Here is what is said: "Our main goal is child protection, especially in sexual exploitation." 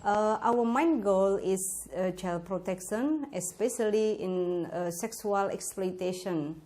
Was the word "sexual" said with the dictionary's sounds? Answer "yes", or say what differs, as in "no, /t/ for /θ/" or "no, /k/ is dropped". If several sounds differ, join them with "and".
no, /s/ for /ʃ/